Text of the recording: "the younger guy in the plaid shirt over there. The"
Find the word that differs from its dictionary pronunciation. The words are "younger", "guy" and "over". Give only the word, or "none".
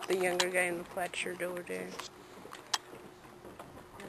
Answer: over